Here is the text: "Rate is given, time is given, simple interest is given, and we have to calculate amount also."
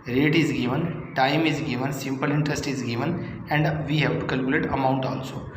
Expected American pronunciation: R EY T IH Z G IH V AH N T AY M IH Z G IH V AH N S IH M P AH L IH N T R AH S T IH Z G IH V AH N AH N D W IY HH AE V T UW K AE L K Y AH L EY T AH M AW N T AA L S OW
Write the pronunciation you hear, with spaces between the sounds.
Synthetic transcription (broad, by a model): R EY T IH Z G IH V AH N T AY M IH Z G IH V AH N S IH M P AH L IH N T R AH S T IH Z G IH V AH N AH N D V IY HH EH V T UW K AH L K Y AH L EY T AH M AW N T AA L S OW